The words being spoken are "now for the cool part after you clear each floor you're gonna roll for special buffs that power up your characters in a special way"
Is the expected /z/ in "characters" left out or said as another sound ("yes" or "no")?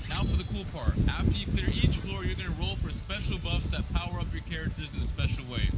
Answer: no